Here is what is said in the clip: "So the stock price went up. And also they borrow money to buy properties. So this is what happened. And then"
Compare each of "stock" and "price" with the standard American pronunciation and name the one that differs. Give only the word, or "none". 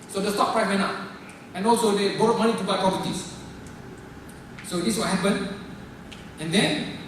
price